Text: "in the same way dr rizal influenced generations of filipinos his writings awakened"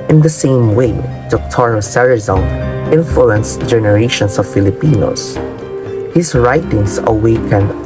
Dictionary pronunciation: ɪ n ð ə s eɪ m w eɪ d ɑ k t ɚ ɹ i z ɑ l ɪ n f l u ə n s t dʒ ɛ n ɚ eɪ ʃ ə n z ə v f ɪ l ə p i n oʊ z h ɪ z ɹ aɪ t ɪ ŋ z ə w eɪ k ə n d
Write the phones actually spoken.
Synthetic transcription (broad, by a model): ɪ n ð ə s eɪ m w eɪ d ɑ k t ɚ ɹ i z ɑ n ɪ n f l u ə n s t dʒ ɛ n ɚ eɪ ʃ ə n s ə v f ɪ l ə p i n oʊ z h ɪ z ɹ aɪ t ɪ ŋ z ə w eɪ k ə n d